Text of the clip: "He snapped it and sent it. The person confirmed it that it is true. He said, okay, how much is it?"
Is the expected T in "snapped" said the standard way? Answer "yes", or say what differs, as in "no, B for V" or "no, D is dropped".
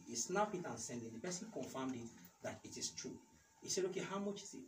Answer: no, T is dropped